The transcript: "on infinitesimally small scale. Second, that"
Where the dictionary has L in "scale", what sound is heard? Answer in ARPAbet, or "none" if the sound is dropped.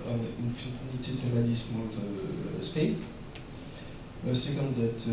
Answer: W